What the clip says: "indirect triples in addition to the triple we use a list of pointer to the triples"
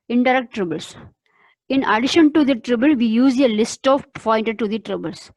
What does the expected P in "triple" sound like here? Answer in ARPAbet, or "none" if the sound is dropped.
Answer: B